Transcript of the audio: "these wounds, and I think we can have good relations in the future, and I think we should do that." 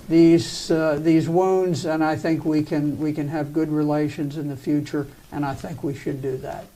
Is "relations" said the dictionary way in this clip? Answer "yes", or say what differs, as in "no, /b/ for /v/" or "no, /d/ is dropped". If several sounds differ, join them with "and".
yes